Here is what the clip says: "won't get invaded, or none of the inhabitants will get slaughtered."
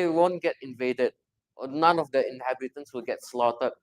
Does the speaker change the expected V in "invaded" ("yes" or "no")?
no